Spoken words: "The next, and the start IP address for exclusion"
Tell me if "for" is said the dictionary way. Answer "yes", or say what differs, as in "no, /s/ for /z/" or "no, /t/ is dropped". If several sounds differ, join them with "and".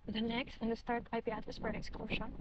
no, /p/ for /f/